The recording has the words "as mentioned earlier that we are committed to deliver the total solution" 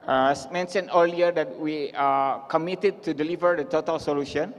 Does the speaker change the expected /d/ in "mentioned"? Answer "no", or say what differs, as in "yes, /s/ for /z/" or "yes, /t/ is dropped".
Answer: yes, /d/ is dropped